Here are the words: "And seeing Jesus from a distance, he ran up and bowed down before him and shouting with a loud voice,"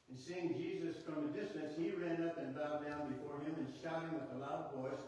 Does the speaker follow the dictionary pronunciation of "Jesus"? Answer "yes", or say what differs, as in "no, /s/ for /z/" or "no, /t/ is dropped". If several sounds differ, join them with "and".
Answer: yes